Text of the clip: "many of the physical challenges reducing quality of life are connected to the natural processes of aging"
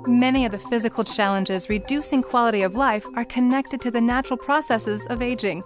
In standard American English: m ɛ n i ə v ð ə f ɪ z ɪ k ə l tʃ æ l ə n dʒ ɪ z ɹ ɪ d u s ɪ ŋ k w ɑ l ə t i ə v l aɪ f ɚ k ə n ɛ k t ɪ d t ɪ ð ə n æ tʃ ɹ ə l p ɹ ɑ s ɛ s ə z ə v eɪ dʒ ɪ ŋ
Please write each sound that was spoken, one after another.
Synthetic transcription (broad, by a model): m ɛ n i ə v ð ə f ɪ z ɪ k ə l tʃ æ l ə n dʒ ɪ z ɹ ɪ d u s ɪ ŋ k w ɑ l ə t i ə v l aɪ f ɚ k ə n ɛ k t ɪ d t ɪ ð ə n æ tʃ ɹ l p ɹ ɑ s ɛ s ə z ə v eɪ dʒ ɪ ŋ